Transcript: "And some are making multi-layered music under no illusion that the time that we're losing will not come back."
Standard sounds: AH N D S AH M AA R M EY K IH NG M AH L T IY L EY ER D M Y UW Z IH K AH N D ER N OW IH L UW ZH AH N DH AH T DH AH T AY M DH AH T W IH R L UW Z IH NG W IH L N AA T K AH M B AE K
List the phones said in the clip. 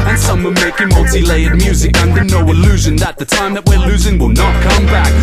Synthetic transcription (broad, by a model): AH N S AH M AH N M EY K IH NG M AH L T IY L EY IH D M Y UW Z IH K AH N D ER N OW IH L UW ZH AH N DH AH T DH AH T AY M DH AH T W IH R L UW Z IH NG W IH L N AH T K AH M B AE K